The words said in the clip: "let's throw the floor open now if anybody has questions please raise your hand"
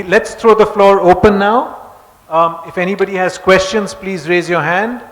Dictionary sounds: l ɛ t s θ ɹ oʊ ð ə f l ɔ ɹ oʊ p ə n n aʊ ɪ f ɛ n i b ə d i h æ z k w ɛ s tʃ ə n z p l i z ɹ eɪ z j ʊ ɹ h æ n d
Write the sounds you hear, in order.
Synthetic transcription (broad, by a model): l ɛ t s t ɹ oʊ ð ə f l ɔ ɹ oʊ p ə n n aʊ ɪ f ɛ n i b ə d i h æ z k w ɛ s tʃ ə n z p l i z ɹ eɪ z j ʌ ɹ h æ n d